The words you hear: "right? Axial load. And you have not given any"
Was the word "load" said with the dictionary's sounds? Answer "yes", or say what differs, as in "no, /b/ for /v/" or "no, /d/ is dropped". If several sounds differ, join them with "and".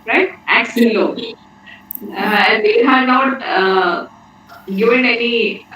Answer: no, /d/ is dropped